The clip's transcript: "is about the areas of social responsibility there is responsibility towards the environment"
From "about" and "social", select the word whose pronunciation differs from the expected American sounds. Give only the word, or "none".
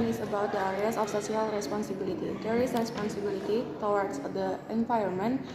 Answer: social